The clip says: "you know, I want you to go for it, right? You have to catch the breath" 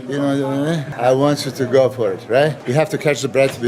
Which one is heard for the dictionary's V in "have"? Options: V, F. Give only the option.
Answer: F